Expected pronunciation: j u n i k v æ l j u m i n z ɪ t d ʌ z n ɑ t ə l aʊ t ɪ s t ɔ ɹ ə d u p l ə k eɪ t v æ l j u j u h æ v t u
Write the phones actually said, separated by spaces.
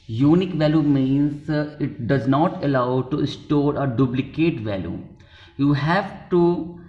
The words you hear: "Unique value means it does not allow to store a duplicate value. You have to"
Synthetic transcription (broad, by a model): j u n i k v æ l j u m i n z ɪ t d ʌ z n ɑ t ə l aʊ t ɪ s t ɔ ɹ ə d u b l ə k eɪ t v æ l j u j u h æ v t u